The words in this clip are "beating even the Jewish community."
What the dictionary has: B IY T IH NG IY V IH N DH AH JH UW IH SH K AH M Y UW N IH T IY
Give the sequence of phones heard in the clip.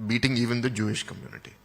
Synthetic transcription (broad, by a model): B IY T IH NG IY V IH N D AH JH UW IH SH K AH M Y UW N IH T IY